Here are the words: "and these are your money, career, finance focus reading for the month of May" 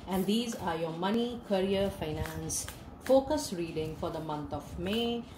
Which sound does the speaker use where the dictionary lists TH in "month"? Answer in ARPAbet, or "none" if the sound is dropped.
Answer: T